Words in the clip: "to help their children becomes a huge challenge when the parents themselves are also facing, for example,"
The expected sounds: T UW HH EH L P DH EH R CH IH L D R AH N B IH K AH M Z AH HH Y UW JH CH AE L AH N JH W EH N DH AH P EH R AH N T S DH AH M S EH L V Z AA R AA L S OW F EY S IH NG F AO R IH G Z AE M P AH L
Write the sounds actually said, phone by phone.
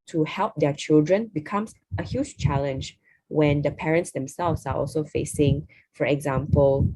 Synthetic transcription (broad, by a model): T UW HH EH L P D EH CH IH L D R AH N B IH K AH M S AH HH Y UW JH CH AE L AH N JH W EH N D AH P EH R AH N T S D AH M S EH L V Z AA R AA L S OW F EY S IH NG F AO R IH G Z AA M P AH L